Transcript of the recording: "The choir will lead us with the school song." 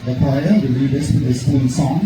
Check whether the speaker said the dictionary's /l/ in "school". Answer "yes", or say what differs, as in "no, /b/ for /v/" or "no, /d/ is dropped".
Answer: no, /n/ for /l/